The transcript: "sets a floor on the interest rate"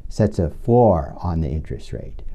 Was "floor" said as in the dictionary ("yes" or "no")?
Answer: no